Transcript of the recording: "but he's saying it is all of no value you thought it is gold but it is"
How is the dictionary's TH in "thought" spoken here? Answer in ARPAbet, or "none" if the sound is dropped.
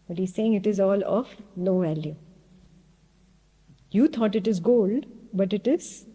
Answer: T